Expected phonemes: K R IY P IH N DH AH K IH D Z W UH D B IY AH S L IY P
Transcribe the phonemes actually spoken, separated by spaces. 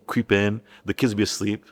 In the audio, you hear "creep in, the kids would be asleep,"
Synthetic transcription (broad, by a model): K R IY P IH N DH AH K IH D Z B IY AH S L IY P